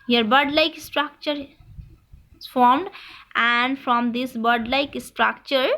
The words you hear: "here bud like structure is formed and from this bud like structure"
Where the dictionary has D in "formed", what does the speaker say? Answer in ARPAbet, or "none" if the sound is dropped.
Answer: D